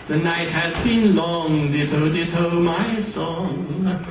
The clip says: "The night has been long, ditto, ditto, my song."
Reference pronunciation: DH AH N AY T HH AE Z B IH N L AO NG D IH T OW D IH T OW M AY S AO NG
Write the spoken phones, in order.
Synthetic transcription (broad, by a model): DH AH N AY T HH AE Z B IH N L AO NG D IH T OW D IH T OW M AY S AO NG